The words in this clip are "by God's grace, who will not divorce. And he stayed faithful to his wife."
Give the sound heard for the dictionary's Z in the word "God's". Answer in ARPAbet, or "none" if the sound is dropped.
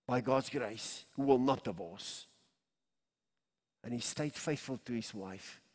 Z